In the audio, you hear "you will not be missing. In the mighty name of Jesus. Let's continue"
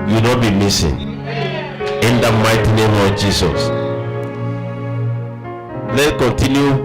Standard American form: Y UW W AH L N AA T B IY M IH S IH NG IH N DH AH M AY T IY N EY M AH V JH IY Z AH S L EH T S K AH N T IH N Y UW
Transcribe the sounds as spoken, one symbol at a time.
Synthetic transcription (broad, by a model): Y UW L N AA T B IY M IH S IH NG IH N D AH M AY T IY N EY M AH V JH IY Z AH S L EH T K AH N T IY N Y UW